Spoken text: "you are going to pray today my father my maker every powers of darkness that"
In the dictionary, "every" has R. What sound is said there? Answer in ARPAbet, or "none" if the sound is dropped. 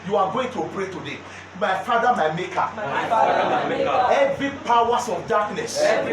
none